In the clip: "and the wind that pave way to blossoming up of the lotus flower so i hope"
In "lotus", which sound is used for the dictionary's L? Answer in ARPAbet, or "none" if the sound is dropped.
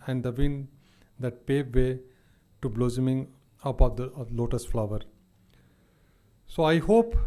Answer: L